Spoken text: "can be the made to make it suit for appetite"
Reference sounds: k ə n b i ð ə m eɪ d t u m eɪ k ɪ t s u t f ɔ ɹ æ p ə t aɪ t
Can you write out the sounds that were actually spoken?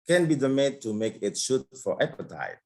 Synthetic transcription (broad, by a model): k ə n b i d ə m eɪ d t u m eɪ k ɪ t ʃ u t f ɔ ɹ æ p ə t aɪ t